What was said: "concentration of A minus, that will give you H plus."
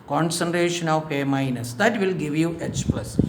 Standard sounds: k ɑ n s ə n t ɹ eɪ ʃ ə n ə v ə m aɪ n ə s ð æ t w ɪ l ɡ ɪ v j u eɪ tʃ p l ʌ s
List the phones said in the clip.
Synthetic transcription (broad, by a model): k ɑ n s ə n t ɹ eɪ ʃ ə n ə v ə m aɪ n ə s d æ t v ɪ l ɡ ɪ v j u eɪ s p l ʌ s